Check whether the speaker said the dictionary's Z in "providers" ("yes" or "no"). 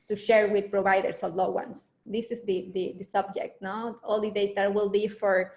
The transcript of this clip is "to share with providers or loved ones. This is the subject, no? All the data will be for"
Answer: no